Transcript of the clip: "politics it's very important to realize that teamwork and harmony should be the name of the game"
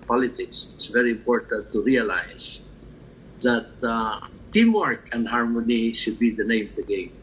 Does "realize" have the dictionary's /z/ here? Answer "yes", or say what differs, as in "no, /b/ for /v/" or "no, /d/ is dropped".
no, /s/ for /z/